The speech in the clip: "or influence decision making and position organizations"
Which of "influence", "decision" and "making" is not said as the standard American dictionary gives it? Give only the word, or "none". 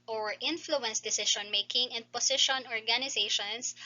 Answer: decision